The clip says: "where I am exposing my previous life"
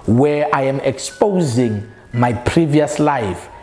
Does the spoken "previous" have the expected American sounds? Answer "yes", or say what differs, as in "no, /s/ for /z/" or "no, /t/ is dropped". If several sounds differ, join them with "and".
yes